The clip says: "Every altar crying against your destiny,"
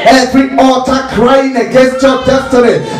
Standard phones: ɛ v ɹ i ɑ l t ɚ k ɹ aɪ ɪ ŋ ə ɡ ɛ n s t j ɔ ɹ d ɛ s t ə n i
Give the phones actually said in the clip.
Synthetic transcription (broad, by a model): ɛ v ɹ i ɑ t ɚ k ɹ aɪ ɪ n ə ɡ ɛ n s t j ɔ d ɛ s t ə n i